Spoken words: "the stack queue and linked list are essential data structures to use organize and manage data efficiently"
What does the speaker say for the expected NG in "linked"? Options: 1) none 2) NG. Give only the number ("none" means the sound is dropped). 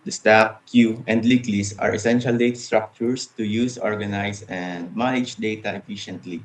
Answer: 1